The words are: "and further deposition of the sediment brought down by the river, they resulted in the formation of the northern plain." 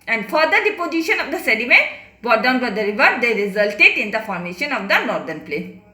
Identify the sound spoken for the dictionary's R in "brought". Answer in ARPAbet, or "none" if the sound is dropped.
none